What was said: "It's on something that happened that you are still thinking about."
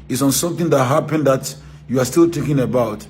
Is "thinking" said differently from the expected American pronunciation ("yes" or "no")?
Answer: yes